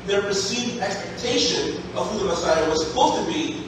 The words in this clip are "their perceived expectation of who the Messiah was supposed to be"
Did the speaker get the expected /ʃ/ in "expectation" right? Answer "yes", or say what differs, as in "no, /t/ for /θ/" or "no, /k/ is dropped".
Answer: yes